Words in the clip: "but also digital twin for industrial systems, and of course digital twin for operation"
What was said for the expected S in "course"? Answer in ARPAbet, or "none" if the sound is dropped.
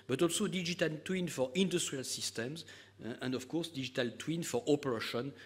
S